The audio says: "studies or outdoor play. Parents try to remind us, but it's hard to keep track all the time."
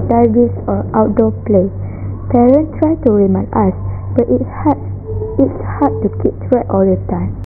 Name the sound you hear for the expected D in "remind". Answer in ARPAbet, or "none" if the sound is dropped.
none